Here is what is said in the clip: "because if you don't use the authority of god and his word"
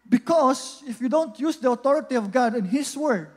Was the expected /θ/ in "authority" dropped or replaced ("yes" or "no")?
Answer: yes